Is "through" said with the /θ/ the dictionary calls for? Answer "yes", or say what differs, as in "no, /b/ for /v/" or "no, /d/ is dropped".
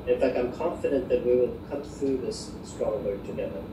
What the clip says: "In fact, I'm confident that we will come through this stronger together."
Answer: yes